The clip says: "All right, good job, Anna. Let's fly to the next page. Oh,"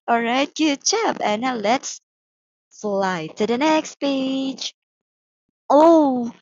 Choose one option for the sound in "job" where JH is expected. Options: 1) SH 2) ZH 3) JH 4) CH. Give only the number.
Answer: 4